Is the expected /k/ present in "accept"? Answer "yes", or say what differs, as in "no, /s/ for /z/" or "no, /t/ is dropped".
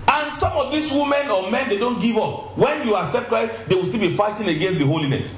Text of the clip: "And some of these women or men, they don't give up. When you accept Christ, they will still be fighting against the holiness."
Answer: yes